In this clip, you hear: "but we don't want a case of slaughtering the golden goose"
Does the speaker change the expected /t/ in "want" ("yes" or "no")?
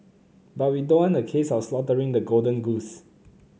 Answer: yes